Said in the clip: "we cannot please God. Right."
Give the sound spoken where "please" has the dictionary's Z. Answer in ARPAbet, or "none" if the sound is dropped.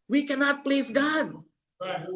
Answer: Z